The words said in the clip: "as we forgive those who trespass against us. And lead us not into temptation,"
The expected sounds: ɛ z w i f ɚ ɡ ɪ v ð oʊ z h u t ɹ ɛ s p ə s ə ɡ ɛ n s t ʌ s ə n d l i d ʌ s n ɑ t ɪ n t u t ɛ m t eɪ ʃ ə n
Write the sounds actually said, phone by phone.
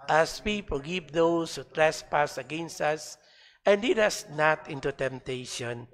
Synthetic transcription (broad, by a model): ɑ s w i p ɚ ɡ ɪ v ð oʊ s h u t ɹ ɛ s p ə s ə ɡ ɛ n s t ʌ s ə n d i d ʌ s n ɑ t ɪ n t u t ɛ m t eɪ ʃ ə n